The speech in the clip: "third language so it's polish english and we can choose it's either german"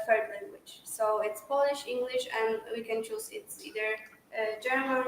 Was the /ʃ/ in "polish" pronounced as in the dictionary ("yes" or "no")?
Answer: yes